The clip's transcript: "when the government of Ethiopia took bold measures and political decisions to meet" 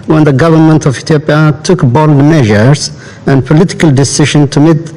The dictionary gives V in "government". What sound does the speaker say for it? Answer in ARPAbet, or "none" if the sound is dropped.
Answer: V